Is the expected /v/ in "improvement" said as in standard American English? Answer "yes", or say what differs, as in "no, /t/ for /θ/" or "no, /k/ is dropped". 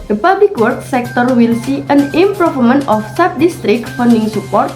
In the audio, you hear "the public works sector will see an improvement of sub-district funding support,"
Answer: no, /f/ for /v/